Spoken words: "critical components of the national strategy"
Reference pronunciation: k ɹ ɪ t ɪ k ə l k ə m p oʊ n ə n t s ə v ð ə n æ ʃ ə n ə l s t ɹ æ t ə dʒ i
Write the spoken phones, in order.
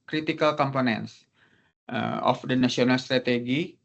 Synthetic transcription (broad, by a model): k ɹ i t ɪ k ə l k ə m p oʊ n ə n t s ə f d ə n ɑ s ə n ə l s t ɹ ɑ t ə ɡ i